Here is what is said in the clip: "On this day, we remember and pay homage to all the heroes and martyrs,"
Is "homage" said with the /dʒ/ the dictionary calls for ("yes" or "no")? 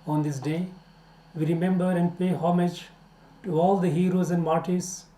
yes